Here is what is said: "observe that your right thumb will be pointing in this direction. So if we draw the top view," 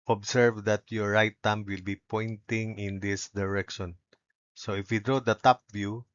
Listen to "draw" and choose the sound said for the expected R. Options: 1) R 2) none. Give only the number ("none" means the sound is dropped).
1